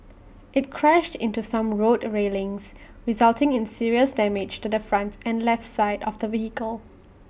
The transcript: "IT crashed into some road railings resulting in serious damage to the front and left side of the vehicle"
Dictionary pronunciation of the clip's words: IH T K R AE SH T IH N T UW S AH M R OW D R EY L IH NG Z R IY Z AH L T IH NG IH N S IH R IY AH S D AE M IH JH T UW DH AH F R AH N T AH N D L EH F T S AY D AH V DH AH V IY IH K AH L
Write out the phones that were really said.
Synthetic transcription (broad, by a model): IH T K R AE SH T IH N T UW S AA M R OW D R EY L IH NG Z R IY Z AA L T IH NG IH N S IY R IY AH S D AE M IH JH T UW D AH F R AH N T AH N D L EH F T S AY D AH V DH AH V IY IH K AH L